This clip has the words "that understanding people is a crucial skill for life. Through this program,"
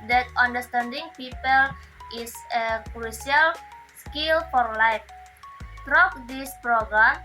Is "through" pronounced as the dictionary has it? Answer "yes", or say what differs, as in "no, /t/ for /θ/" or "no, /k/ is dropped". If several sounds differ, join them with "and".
no, /t/ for /θ/